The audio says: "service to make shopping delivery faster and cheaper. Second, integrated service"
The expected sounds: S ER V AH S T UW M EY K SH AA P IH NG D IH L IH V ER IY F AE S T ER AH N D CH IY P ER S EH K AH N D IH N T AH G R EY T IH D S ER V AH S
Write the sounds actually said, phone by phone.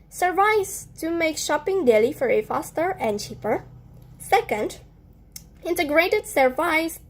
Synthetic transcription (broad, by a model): S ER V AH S T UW M EY K SH AA P IH NG D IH L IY F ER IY F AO S T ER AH N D CH IY P ER S EH K AH N D IH N T AH G R EY T IH D S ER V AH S